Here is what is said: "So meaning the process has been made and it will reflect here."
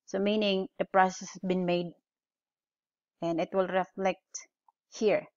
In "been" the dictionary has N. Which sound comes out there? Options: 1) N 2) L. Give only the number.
1